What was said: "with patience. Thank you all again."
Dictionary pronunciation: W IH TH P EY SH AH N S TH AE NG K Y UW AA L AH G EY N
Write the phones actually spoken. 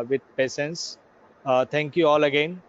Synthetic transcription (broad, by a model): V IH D P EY S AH N S T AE NG K Y UW AA L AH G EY N